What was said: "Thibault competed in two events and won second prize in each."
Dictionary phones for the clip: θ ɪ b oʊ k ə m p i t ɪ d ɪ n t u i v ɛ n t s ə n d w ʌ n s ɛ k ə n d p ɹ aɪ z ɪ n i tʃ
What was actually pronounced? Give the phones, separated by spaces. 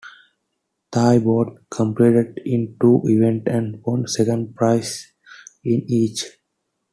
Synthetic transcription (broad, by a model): t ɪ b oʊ k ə m p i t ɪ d ɪ n t u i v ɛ n t ə n d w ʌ n s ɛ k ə n d p ɹ aɪ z ɪ n i tʃ